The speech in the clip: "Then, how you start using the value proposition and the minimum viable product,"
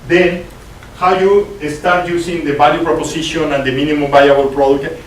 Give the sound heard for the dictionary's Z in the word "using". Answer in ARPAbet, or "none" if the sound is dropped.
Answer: S